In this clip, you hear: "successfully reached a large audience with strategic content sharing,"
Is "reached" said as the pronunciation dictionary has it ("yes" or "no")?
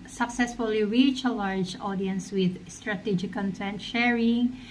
no